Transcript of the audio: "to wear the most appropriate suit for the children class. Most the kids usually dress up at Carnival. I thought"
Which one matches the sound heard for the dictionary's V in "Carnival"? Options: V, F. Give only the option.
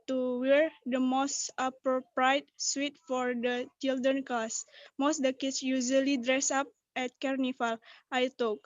F